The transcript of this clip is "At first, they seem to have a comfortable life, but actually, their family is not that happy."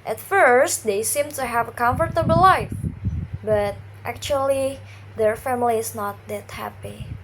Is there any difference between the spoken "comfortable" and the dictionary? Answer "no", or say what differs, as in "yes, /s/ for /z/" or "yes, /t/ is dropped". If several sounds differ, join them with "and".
no